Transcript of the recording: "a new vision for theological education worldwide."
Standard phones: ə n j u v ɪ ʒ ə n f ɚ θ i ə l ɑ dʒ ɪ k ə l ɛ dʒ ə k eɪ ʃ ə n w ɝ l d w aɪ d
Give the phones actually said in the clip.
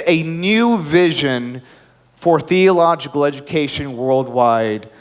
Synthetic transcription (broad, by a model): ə n j u v ɪ ʒ ə n f ɚ θ i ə l ɑ dʒ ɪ k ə l ɛ dʒ ə k eɪ ʃ ə n w ɝ l d w aɪ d